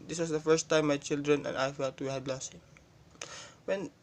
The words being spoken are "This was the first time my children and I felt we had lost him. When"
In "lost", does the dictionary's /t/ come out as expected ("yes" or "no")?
no